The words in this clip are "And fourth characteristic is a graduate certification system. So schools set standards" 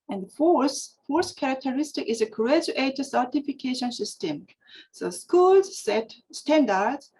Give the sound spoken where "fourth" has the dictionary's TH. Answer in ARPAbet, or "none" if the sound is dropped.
S